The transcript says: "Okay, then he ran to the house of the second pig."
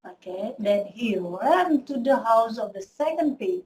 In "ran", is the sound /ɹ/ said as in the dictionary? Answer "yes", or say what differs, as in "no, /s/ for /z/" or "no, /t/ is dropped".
no, /w/ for /ɹ/